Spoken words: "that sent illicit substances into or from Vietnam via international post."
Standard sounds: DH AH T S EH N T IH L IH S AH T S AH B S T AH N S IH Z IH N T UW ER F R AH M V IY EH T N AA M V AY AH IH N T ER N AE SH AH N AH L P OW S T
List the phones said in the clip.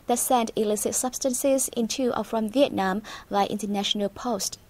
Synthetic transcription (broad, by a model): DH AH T S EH N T IH L IH S AH T S AH B S T AH N S IH Z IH N T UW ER F R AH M V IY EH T N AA M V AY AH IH N T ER N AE SH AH N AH L P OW S T